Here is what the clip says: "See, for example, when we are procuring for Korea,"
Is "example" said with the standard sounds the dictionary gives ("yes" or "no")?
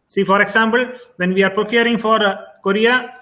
no